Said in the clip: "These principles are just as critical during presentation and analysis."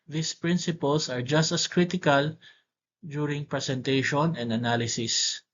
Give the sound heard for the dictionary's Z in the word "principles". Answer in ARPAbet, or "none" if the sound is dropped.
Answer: S